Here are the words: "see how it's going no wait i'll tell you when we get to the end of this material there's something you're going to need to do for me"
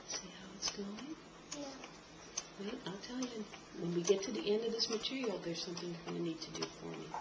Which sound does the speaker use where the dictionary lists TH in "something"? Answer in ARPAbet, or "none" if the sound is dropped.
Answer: TH